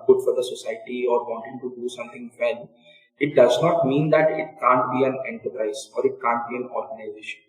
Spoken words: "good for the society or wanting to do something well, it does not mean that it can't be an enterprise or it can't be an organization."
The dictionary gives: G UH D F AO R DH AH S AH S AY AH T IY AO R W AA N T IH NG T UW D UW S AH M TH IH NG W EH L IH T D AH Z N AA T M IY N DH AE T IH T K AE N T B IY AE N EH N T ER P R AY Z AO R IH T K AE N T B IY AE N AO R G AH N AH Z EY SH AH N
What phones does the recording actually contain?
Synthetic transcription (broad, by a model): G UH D F AO R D AH S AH S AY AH T IY AO R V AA N T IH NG T UW D UW S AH M T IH NG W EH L IH T D AH Z N AA T M IY N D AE T IH T K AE N T B IY AE N EH N T ER P R AY Z AO R IH T K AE N T B IY AE N AO R G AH N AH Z EY SH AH N